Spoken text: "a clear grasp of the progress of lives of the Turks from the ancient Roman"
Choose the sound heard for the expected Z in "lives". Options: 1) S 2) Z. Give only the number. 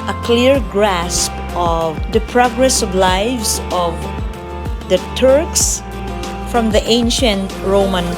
1